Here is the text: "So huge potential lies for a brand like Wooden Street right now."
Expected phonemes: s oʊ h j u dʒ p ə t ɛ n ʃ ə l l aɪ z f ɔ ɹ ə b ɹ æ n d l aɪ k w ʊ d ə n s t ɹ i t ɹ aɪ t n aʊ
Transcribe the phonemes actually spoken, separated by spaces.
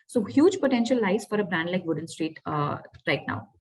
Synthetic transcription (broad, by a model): s oʊ h j u dʒ p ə t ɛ n ʃ ə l l aɪ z f ɔ ɹ ə b ɹ æ n d l aɪ k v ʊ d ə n s t ɹ i t ɹ aɪ t n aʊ